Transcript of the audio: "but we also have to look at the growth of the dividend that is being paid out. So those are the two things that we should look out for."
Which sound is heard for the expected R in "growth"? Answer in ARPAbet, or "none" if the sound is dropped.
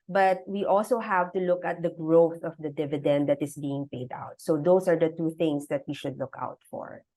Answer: R